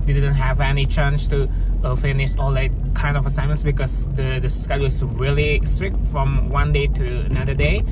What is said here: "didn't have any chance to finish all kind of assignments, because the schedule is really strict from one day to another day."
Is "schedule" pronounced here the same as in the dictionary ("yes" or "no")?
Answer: no